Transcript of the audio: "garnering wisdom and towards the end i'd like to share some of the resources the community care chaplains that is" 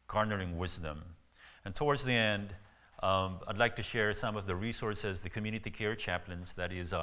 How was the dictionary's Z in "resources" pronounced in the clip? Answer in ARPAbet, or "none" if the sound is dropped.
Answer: Z